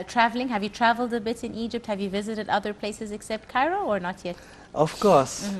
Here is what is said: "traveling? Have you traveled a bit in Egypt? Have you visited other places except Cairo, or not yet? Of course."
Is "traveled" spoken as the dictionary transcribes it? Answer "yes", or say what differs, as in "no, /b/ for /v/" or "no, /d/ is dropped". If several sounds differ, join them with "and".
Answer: yes